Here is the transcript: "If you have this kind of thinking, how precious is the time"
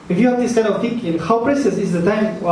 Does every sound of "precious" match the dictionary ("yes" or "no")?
no